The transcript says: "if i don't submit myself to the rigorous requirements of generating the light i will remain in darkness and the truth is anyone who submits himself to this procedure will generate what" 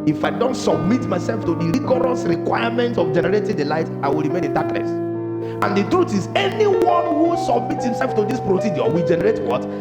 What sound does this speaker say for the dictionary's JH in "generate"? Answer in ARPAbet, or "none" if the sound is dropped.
JH